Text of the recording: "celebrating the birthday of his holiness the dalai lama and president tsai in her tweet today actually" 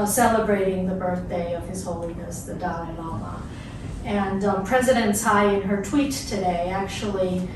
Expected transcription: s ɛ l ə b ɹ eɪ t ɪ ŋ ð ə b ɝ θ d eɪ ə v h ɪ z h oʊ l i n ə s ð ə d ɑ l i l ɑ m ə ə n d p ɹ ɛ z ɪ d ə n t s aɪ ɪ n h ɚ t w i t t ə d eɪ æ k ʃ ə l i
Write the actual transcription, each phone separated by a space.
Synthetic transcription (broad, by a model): s ɛ l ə b ɹ eɪ t ɪ ŋ ð ə b ɝ θ d eɪ ə v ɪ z h oʊ l i n ə s ð ə d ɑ n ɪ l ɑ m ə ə n p ɹ ɛ z ɪ d ə n t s aɪ ɪ n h ɚ t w i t t ə d eɪ æ k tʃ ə l i